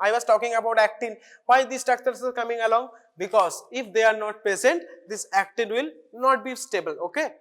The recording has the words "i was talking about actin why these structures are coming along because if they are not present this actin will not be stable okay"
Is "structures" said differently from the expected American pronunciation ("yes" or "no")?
yes